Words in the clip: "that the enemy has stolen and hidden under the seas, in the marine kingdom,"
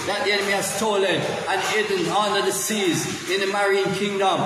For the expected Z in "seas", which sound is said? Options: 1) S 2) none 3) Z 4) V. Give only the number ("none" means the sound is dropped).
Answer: 3